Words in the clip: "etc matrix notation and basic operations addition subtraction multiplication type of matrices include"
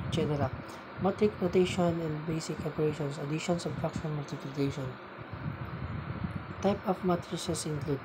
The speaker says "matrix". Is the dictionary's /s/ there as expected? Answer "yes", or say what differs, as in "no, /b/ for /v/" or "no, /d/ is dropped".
no, /s/ is dropped